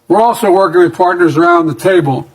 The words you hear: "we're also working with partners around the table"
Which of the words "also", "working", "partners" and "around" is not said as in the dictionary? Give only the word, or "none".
none